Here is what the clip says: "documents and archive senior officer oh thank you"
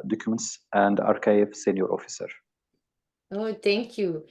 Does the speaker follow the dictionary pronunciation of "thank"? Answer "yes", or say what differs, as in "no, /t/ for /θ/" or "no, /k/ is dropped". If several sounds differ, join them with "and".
no, /t/ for /θ/